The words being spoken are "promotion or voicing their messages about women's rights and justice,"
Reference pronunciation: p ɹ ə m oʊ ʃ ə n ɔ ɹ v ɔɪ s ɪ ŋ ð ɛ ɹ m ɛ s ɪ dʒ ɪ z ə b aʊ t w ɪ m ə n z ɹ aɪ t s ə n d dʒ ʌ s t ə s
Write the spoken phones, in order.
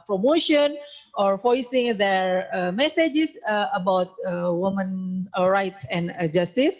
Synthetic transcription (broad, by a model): p ɹ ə m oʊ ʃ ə n ɔ ɹ f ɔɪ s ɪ ŋ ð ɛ ɹ m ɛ s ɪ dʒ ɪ s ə b aʊ t w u m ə n ɹ aɪ t s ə n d dʒ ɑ s t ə s